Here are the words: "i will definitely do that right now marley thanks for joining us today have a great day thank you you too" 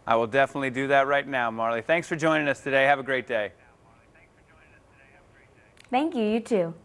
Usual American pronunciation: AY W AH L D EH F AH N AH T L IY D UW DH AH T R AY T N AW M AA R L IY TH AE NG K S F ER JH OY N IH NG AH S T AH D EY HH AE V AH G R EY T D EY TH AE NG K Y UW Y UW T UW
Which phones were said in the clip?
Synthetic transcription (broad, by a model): AY W AH L D EH F AH N AH T L IY D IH DH AH T R AY T N AW M AA R L IY TH AE NG K S F ER JH OY N IH NG AH S T AH D EY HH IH V AH G R EY T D EY TH AE NG K Y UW Y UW T UW